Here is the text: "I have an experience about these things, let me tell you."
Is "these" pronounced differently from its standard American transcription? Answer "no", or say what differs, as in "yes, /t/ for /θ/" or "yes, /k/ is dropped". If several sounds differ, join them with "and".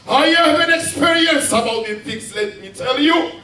yes, /z/ is dropped